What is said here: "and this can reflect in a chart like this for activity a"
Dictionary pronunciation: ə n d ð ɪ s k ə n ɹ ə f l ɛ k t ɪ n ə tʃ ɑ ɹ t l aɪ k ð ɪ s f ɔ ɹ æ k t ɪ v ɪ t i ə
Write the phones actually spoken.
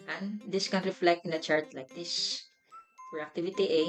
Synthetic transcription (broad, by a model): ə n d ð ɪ s k ə n ɹ ə f l ɛ k t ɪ n ə tʃ ɑ ɹ t l aɪ k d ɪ s p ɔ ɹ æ k t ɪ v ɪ t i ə